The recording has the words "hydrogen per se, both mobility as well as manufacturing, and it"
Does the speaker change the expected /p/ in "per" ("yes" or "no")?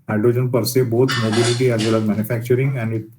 no